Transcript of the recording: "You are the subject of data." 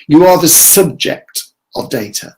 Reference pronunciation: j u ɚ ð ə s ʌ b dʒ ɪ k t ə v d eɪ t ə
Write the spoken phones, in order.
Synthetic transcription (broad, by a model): j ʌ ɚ ð ə s ʌ b dʒ ɪ k t ə v d eɪ t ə